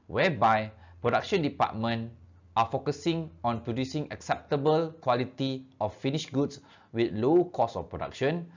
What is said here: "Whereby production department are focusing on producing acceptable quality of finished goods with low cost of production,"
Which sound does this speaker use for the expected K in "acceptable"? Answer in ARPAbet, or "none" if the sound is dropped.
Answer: K